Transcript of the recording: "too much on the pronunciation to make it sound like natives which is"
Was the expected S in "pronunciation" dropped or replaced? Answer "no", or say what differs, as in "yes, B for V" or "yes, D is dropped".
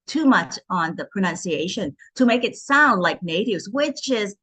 no